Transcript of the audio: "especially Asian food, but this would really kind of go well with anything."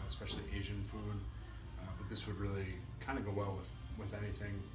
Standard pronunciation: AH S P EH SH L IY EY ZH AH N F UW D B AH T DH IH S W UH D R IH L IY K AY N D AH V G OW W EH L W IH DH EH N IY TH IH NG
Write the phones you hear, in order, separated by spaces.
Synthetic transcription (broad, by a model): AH S P EH SH L IY EY ZH AH N F UW D B AH T DH IH S W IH D R IH L IY K AY N D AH G OW W EH L W IH DH EH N IY TH IH NG